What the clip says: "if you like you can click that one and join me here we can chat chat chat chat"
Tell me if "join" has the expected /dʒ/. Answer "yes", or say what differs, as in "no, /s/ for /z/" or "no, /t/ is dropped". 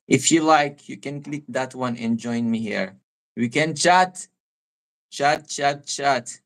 yes